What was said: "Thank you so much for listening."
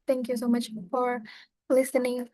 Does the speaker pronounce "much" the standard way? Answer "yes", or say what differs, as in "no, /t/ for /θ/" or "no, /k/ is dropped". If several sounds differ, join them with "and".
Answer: yes